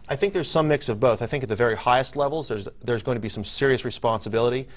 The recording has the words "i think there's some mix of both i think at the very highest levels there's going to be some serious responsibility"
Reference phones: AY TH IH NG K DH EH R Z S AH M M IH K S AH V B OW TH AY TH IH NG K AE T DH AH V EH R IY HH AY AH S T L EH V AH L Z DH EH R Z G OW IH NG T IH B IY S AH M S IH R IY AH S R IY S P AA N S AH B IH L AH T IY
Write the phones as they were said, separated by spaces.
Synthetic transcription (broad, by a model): AY TH IH NG K DH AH R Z S AH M M IH K S AH V B OW TH AY TH IH NG K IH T DH AH V EH R IY HH AY AH S T L EH V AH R Z DH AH R Z G OW IH NG T IH B IY S AH M S IH R IY AH S R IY S P AA N S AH B IH L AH T IY